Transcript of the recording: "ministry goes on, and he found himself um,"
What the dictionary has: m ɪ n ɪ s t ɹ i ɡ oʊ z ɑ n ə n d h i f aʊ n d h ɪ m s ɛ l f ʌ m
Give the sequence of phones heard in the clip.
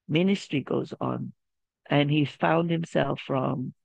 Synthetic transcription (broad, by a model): m ɪ n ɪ s t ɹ i ɡ oʊ z n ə n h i f aʊ n d h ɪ m s ɛ l f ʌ m